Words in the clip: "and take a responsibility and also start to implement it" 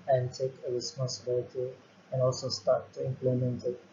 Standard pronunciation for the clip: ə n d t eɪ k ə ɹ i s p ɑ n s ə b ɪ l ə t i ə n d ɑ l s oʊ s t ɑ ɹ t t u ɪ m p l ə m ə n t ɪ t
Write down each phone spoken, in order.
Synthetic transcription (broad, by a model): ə n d t eɪ k ə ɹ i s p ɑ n s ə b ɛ ə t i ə n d ɑ l s oʊ s t ɑ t t u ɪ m p l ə m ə n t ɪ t